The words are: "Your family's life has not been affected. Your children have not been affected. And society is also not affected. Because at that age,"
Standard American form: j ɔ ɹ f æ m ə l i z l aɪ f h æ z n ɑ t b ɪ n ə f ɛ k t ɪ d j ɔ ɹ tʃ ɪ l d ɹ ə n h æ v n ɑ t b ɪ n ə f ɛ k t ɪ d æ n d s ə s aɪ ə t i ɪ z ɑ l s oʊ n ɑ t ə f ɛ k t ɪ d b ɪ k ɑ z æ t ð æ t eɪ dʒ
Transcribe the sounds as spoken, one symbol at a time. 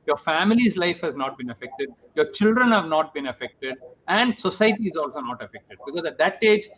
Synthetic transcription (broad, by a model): j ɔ ɹ f æ m ə l i z l aɪ f h æ z n ɑ t b ɪ n ə f ɛ k t ɪ d j ɔ ɹ tʃ ɪ l d ɹ ə n h æ v n ɑ t b ɪ n ə f ɛ k t ɪ d æ n d s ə s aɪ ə t i ɪ z ɑ l s oʊ n ɑ t ə f ɛ k t ɪ d b ɪ k ɑ z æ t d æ t eɪ dʒ